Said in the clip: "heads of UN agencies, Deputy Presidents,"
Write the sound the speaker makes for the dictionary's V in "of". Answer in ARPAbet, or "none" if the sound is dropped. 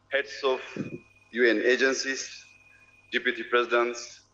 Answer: F